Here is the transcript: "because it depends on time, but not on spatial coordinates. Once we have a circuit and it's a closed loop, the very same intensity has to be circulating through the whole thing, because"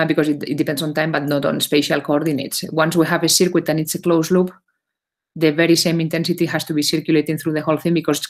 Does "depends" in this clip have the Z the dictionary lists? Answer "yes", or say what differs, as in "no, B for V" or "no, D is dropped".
no, S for Z